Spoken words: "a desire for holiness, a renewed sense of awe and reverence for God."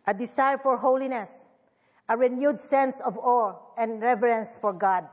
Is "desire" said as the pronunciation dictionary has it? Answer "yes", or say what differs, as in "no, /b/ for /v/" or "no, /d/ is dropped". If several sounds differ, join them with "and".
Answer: no, /s/ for /z/